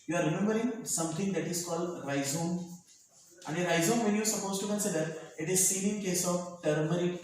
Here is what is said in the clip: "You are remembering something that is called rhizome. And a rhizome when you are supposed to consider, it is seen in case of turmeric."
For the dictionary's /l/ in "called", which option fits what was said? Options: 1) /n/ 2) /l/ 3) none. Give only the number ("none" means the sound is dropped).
2